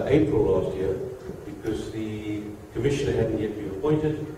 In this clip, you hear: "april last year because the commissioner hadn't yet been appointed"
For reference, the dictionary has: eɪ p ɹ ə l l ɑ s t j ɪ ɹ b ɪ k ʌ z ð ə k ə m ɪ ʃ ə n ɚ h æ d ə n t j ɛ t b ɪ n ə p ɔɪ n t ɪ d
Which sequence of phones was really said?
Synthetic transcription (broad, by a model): eɪ p ɹ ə l l ɑ s t j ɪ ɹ b ɪ k ʌ z ð ə k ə m ɪ ʃ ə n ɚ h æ d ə n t j ɛ t b ɪ n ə p ɔɪ n t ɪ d